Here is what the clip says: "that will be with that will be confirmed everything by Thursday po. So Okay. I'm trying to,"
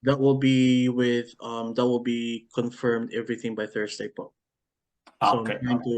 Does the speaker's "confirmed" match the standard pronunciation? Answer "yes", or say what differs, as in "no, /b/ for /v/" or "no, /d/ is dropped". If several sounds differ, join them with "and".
yes